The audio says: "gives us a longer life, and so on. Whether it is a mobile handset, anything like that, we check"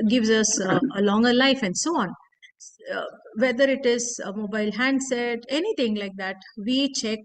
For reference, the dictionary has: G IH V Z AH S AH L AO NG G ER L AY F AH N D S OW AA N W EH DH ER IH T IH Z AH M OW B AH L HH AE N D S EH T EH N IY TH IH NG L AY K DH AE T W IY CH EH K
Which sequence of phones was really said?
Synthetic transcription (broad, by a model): G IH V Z AH S AH L AO NG G ER L AY F AH N D S OW AA N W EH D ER IH T IH Z AH M OW B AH L HH AE N D S EH T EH N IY T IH NG L AY K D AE T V IY CH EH K